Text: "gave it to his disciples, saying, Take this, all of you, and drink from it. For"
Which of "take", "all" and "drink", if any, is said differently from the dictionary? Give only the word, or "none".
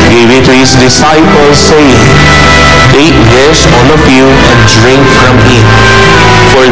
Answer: all